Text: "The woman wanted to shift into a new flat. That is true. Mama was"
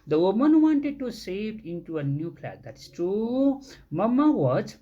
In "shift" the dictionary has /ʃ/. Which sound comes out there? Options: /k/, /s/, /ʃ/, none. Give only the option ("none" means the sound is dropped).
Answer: /s/